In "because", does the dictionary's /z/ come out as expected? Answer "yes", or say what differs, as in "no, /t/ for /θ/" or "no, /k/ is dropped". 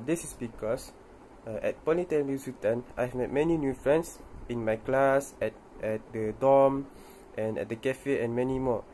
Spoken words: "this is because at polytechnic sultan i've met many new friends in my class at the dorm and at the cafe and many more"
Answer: no, /s/ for /z/